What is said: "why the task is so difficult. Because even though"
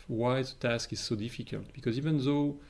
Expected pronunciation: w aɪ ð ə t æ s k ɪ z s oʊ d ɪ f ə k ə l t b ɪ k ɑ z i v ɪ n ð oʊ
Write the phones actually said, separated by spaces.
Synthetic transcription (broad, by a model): w aɪ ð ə t æ s k ɪ z s oʊ d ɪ f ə k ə l t b ɪ k ɑ z i v ɪ n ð oʊ